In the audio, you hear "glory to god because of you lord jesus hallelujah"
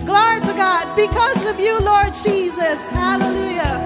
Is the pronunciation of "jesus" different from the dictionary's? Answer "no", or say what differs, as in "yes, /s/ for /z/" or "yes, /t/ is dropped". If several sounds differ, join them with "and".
no